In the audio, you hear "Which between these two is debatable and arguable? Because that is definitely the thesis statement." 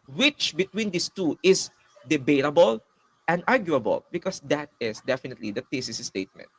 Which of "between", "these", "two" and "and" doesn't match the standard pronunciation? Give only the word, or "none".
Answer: these